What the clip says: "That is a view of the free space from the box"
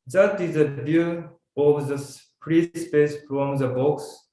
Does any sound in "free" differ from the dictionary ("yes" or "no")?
yes